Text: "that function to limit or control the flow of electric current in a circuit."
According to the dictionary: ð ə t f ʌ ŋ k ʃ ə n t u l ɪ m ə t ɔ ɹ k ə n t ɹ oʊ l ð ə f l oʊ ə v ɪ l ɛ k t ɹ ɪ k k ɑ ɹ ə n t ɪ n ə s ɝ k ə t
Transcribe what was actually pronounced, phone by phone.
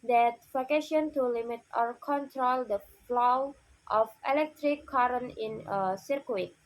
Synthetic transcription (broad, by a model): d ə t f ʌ k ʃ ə n t u l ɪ m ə t ɔ ɹ k ə n t ɹ oʊ l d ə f l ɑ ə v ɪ l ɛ k t ɹ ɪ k k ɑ ɹ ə n ɪ n ə s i k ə t